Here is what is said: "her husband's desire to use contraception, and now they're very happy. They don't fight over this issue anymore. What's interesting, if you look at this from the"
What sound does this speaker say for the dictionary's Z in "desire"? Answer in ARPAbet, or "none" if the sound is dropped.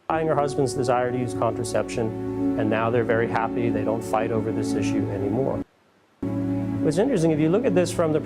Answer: Z